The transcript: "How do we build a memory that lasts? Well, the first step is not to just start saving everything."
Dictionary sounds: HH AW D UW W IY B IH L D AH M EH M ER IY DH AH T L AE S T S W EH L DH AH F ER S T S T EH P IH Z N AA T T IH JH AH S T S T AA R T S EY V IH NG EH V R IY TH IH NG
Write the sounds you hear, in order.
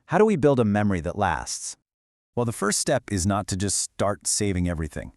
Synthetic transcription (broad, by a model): HH AW D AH W IY B IH L D AH M EH M ER IY DH AH T L AE S T S W EH L DH AH F ER S T S T EH P IH Z N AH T T IH JH AH S T S T AA R T S EY V IH NG EH V R IY TH IH NG